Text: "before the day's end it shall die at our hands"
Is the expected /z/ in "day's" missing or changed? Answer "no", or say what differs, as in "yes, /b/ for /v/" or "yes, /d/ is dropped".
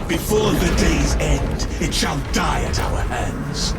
no